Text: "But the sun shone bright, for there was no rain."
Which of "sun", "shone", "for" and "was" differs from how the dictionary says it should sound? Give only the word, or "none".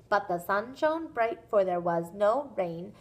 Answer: none